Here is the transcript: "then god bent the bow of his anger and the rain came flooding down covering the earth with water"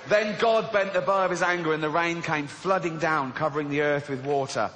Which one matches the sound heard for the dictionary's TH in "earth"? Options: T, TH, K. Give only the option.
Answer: TH